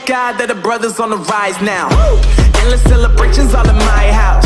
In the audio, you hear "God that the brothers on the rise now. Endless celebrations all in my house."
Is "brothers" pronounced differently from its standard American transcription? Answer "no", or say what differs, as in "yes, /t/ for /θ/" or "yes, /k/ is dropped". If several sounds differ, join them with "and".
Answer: no